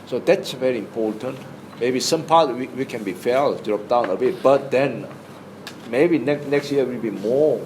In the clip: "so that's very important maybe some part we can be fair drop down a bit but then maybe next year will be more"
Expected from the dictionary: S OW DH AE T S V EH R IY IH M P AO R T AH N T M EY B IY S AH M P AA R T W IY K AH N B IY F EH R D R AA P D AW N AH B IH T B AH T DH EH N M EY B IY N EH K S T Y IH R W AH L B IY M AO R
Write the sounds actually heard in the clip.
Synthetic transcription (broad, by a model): S OW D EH T S V EH R IY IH M P AO T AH N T M EY B IY S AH M P AA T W W IY K AH N B IY F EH L D R AA P D AW N AH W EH B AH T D EH N M EY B IY N EH K S T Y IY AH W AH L B IY M AO